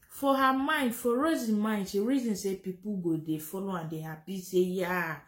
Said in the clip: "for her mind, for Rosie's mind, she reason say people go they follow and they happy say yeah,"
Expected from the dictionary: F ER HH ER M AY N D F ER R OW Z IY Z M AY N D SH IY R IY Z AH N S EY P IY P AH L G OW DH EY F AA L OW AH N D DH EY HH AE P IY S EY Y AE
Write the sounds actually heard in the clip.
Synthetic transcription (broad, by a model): F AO HH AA M AY N D F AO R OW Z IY M AY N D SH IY R IY Z AH N S EY P IY P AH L G OW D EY F AA L OW AH N D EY HH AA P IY S EY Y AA